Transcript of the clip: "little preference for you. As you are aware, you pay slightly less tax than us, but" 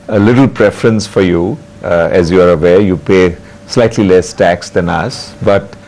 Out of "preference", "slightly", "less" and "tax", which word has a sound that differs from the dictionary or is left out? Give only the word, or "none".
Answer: none